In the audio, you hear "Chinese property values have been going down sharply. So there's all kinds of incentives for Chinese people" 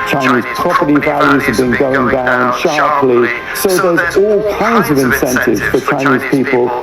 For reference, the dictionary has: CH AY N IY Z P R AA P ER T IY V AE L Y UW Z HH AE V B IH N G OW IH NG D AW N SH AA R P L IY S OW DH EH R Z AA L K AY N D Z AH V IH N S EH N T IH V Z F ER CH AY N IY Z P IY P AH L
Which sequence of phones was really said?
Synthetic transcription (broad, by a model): CH AY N IY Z P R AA P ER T IY V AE L Y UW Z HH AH V B IH N G OW IH NG D AW N SH AA R P L IY S OW DH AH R Z AA L K AY N D Z AH V IH N S EH N T IH V Z F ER CH AY N IY Z P IY P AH L